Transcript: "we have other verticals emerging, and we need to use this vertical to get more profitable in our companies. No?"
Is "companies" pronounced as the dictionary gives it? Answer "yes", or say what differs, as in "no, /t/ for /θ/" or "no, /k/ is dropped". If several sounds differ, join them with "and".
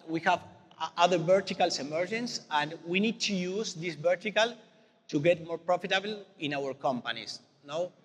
no, /s/ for /z/